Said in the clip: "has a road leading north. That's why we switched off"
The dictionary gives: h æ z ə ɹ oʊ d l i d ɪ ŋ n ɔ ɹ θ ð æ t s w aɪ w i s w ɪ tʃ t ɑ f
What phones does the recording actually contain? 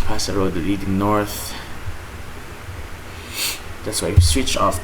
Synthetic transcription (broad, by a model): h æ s ə ɹ oʊ d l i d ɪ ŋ n ɔ ɹ θ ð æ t s w aɪ s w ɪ tʃ ɑ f